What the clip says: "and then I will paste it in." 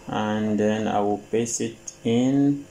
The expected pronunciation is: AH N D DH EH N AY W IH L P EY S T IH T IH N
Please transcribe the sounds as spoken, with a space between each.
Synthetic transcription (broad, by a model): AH N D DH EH N AY W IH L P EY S IH T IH N